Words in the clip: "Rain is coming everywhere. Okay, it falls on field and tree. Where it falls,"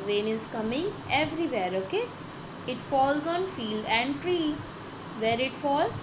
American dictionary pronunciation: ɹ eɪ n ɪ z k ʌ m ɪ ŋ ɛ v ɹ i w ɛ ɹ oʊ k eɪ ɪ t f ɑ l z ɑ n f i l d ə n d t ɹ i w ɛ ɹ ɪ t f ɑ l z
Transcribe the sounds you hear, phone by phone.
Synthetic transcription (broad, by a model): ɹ eɪ n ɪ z k ʌ m ɪ ŋ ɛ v ɹ i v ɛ ɹ oʊ k eɪ ɪ t f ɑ l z ɑ n f i l d ə n d t ɹ i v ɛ ɹ ɪ t f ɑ l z